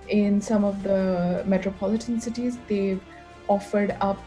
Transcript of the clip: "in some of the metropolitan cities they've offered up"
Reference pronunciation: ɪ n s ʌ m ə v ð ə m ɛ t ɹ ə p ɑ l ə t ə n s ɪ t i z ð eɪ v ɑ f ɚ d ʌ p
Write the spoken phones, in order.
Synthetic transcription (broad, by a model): ɪ n s ʌ m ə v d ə m ɛ t ɹ ə p ɑ l ə t ə n s ɪ t i z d eɪ ɑ f ɚ d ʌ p